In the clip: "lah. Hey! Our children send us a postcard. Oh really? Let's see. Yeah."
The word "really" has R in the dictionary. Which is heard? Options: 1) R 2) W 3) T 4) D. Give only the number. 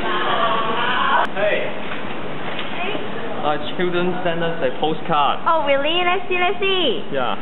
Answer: 2